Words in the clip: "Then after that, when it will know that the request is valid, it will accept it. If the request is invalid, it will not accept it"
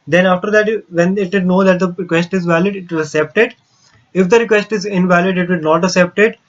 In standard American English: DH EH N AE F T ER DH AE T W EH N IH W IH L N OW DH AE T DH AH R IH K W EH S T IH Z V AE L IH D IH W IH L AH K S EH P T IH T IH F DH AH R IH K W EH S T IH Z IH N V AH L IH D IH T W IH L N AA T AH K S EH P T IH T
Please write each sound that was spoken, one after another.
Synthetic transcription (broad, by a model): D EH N AE F T ER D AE T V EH N IH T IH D N OW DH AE T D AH R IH K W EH S T IH Z V AE L IH D IH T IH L AH K S EH P T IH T IH F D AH R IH K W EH S T IH Z IH N V AH L IH D IH T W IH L N AA T AH K S EH P T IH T